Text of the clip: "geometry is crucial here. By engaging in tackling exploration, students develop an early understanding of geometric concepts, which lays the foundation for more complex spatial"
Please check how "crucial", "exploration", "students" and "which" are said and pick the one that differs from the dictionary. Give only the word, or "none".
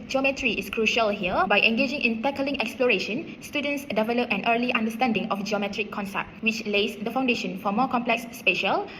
none